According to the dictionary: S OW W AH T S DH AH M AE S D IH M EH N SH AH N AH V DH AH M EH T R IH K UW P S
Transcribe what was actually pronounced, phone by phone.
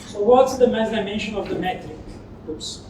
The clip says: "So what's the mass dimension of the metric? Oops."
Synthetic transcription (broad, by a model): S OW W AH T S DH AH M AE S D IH M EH N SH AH N AH V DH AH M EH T IH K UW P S